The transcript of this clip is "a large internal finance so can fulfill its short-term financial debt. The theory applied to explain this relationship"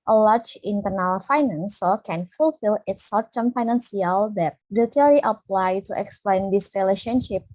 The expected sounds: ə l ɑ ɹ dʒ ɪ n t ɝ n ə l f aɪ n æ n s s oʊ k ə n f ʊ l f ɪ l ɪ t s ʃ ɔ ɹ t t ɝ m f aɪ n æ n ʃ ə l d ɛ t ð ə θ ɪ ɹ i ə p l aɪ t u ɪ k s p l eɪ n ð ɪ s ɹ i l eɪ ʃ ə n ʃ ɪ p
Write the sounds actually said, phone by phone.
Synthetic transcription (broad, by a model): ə l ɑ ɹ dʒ ɪ n t ɝ n ə l f aɪ n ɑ n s s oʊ k ə n f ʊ l f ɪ l ɪ t s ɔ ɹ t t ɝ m f aɪ n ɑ n s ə l d ɛ t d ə t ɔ ɹ i ə p l aɪ t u ɪ k s p l eɪ n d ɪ s ɹ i l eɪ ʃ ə n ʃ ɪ p